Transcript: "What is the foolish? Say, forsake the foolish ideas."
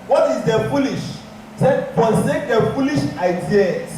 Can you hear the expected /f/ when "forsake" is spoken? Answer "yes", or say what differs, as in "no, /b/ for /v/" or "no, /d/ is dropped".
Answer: no, /p/ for /f/